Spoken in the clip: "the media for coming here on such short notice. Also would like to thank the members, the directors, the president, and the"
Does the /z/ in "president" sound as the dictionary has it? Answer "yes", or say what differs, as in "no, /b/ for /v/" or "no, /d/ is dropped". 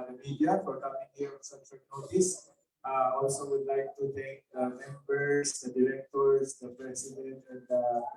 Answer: no, /s/ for /z/